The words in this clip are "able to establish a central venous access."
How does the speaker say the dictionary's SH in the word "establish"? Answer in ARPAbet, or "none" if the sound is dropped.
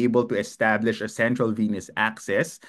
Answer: SH